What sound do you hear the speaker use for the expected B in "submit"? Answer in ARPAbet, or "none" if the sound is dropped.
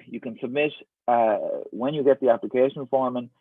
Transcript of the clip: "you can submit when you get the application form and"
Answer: B